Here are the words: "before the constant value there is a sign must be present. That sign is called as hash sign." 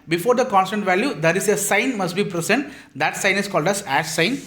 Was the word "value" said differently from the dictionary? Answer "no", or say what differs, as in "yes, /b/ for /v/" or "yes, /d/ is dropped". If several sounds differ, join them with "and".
no